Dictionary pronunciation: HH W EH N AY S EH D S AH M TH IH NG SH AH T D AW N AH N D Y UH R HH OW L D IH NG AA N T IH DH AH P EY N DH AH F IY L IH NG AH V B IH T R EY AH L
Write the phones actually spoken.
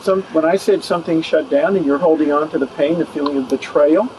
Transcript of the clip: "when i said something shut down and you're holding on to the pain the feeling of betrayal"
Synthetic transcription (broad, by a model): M W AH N AY S EH D S AH M TH IH NG SH AH T D AW N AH N Y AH R HH OW L D IH NG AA N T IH DH AH P EY N DH AH F IY L IH NG AH V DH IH T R EY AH L